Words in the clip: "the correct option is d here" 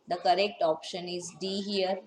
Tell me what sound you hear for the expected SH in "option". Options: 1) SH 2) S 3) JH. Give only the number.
1